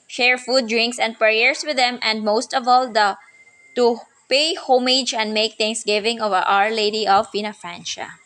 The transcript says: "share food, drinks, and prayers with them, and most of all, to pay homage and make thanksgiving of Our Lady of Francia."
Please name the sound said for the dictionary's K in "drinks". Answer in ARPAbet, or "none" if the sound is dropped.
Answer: K